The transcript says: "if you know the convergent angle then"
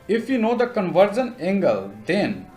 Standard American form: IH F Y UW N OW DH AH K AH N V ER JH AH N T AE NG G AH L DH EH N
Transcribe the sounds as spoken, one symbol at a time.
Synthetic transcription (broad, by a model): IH F Y UW N OW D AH K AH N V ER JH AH N AE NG G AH L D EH N